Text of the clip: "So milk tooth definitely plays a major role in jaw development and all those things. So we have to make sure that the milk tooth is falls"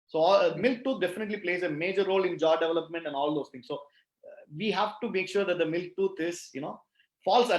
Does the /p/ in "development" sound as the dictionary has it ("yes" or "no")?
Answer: yes